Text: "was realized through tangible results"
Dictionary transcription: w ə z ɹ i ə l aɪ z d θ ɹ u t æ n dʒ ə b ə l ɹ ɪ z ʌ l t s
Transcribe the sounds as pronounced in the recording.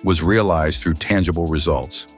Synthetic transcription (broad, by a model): w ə z ɹ i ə l aɪ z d θ ɹ u t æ n dʒ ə b l ɹ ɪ z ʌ l t s